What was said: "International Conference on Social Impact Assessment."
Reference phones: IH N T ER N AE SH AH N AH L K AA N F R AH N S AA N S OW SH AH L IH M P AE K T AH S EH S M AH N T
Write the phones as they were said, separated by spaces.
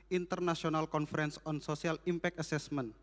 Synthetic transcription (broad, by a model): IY N T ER N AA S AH N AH L K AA N F R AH N S AA N S OW S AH L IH M P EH K AH S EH S M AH N